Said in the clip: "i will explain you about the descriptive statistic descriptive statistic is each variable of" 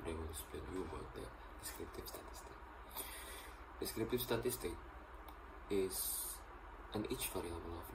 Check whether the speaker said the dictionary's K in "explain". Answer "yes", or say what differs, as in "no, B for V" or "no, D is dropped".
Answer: no, K is dropped